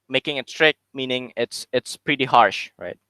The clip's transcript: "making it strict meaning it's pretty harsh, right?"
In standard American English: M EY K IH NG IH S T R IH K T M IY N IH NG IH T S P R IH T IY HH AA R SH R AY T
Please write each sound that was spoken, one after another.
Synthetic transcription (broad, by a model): M EY K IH NG IH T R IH K M IY N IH NG IH T S P R IH T IY HH AA R SH R AY T